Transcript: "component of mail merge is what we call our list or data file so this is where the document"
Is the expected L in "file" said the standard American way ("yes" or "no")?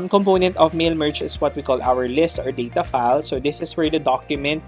yes